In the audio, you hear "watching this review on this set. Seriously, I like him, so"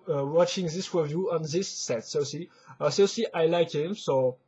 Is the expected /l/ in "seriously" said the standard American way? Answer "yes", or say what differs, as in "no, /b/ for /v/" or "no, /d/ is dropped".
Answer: no, /l/ is dropped